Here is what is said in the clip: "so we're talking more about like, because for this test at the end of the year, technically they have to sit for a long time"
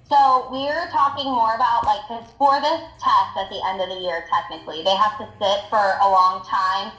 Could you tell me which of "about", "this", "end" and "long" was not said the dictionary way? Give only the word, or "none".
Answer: none